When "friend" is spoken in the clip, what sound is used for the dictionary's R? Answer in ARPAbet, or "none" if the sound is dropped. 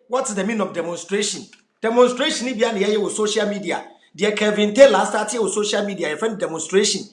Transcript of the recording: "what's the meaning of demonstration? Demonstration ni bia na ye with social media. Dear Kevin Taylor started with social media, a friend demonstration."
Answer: none